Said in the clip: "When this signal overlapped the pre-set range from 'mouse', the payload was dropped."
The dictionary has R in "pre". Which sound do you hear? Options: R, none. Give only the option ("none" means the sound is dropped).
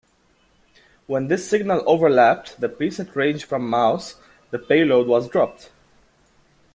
none